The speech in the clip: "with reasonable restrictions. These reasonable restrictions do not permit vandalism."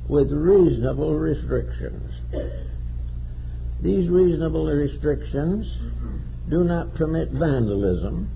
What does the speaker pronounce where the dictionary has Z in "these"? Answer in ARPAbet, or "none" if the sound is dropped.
Z